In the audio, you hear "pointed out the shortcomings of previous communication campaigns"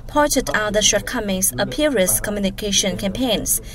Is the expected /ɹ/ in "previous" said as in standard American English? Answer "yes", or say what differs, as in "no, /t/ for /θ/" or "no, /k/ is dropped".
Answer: no, /ɹ/ is dropped